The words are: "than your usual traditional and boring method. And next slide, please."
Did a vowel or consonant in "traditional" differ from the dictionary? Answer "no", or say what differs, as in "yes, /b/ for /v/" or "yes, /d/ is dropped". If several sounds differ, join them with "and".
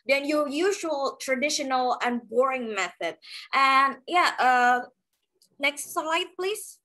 no